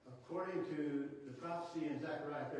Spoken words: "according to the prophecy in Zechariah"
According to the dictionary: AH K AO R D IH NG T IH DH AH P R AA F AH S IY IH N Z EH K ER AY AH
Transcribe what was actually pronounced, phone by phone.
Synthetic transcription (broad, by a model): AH K AO R D IH NG T IH DH AH P R AA F AH S IY IH N Z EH K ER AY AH